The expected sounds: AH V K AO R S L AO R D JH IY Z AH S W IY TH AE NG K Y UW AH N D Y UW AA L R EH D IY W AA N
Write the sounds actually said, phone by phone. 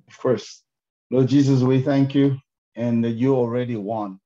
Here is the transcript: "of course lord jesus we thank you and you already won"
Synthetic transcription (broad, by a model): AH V K AO R S N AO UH JH IY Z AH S W IY TH AE NG K Y UW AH N Y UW AA L R EH D IY W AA N